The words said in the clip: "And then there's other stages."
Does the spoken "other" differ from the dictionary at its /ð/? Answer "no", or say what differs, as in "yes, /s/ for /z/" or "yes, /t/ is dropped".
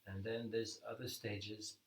no